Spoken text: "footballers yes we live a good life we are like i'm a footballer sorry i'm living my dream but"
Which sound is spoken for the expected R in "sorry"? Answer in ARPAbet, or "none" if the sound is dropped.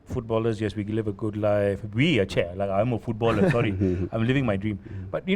R